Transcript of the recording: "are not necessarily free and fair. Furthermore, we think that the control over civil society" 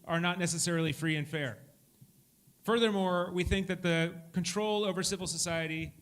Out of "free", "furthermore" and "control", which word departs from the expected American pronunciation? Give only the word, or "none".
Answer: none